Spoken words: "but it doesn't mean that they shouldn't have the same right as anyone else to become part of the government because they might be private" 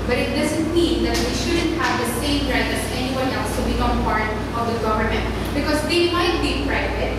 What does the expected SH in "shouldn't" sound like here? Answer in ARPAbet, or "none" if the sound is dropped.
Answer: SH